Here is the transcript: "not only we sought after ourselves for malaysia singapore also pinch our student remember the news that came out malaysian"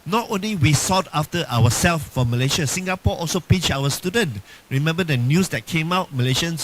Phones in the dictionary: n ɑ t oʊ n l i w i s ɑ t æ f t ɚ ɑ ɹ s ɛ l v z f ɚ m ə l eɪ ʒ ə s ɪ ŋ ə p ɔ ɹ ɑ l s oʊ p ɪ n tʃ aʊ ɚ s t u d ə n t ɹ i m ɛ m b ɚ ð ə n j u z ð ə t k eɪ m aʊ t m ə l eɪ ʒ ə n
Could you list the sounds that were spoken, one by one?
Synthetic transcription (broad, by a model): n ɑ t oʊ n l i w i s ɑ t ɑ f t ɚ ɑ w s ɛ l f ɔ m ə l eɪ ʃ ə s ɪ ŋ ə p ɔ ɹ ɑ l s oʊ p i tʃ aʊ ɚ s t u d ə n t ɹ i m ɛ m b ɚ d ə n j u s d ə t k eɪ m aʊ t m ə l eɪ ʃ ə n